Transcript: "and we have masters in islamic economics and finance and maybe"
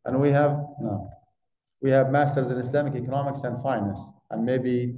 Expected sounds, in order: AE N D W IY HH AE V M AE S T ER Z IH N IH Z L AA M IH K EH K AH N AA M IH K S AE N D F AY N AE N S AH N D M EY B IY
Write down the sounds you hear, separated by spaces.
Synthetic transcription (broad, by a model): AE N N W IY HH AE V M AE S T ER Z IH N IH S L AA M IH K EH K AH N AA M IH K S AE N D F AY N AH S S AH N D M EY B IY